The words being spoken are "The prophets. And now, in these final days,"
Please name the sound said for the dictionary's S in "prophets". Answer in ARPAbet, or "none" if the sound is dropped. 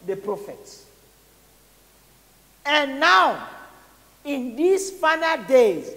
S